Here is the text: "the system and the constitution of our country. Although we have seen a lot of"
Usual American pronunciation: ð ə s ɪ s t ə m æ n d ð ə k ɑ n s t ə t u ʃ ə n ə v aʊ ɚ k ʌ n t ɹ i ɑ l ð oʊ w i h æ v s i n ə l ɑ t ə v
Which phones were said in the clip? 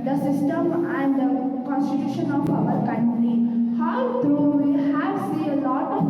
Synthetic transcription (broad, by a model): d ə s ɪ s t ə m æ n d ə k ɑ n s t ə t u ʃ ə n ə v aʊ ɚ k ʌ n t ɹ i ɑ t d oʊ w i h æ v s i ə l ɑ t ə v